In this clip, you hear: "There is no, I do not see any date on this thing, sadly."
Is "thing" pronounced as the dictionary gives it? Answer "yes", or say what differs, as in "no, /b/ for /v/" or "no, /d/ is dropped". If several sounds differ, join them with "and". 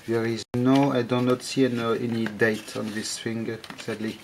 no, /f/ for /θ/